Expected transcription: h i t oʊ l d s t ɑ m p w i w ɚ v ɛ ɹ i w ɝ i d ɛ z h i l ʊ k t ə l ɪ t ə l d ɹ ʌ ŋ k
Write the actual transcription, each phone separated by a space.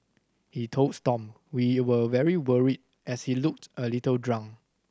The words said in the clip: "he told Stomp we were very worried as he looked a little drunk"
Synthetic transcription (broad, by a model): h i t oʊ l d s t ɑ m w i w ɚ v ɛ ɹ i w ɝ i d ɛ s h i l ʊ k t ə l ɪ t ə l d ɹ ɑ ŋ